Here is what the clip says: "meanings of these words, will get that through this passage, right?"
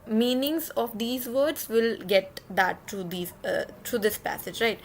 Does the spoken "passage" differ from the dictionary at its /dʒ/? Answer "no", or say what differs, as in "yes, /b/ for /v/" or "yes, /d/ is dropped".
no